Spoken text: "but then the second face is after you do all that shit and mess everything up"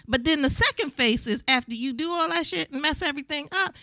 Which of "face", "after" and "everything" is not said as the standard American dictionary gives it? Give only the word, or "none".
none